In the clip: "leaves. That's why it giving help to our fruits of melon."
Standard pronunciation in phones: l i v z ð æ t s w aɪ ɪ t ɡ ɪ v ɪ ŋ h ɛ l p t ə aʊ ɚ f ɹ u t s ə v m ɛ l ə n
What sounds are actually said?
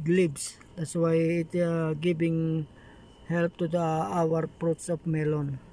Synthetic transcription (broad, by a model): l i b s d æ t s w aɪ ɪ t ɡ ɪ b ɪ ŋ h ɛ l p t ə aʊ ɚ p ɹ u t s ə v m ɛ l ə n